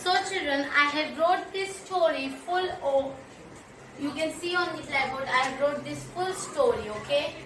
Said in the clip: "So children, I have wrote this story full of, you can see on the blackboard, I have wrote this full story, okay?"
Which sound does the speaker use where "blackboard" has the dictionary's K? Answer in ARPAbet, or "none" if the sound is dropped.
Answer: none